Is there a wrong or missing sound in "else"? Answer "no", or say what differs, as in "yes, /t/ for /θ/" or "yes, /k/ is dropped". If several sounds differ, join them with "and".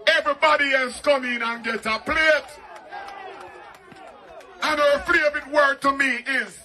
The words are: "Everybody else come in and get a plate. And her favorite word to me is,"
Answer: yes, /l/ is dropped